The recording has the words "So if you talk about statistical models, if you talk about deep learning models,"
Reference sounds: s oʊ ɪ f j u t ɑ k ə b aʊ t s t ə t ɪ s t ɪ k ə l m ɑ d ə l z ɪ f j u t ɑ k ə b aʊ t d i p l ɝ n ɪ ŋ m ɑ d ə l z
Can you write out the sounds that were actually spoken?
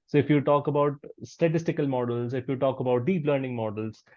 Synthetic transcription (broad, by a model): s oʊ ɪ f j u t ɑ k ə b aʊ t s t ə t ɪ s t ɪ k ə l m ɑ d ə l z ɪ f j u t ɑ k ə b aʊ t d i p l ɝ n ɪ ŋ m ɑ d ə l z